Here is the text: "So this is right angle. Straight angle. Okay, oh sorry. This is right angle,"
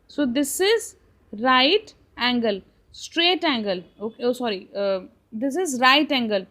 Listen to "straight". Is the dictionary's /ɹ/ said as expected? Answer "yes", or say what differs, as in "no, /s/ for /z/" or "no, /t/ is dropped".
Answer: yes